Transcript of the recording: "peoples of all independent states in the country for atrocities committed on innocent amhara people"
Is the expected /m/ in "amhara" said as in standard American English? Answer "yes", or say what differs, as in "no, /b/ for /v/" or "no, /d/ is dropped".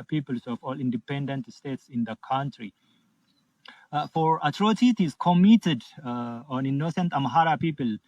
yes